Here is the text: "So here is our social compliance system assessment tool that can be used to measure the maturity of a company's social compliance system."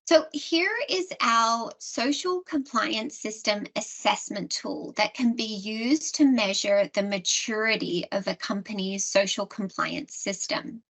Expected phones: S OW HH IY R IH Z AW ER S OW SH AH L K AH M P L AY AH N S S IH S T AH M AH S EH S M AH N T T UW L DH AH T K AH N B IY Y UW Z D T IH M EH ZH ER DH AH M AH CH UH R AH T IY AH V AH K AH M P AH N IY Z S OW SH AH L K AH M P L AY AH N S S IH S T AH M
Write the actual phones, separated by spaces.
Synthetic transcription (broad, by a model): S OW HH IY R IH Z AW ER S OW SH L K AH M P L AY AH N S S IH S T AH M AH S EH S M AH N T T UW L DH AH T K AH N B IY Y UW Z T IH M EH ZH ER DH AH M AH CH UH R AH T IY AH V AH K AH M P AH N IY Z S OW SH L K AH M P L AY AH N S S IH S T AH M